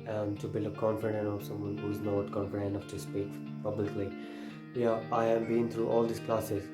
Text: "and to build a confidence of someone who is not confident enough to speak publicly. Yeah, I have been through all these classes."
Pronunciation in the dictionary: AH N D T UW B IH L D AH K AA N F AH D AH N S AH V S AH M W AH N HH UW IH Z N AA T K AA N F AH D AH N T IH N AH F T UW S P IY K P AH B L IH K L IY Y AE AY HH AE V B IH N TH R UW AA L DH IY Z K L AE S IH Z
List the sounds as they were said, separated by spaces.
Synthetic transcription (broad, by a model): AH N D T UW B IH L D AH K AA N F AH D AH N AH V S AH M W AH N HH UW IH Z N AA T K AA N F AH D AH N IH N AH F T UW S P IY K P AH B L IH K L IY Y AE AY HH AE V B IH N T R UW AA L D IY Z K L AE S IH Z